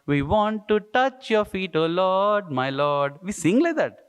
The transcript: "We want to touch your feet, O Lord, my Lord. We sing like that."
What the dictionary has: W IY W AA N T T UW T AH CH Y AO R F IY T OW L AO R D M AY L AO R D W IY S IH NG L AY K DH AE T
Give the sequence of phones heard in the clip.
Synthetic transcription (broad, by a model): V IY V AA N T T UW T AH CH Y AO R F IY T OW L AO D M AY L AO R D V IY S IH NG L AY K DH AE T